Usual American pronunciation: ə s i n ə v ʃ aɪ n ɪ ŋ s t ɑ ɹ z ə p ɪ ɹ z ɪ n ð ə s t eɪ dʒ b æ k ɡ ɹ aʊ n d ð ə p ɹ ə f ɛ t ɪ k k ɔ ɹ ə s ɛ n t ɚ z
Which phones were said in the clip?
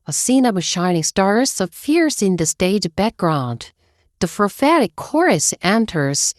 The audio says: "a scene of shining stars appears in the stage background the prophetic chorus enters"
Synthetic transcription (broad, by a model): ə s i n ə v ʃ aɪ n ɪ ŋ s t ɑ ɹ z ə f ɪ ɹ s ɪ n ð ə s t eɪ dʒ b æ k ɡ ɹ aʊ n d ð ə f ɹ f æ t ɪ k k ɔ ɹ ə s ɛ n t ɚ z